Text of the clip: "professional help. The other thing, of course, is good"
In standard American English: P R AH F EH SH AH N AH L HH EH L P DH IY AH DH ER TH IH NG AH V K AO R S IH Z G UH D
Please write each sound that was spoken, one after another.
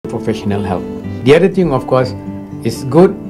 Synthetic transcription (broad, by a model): P R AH F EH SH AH N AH L HH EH L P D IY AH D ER T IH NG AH F K AO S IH S G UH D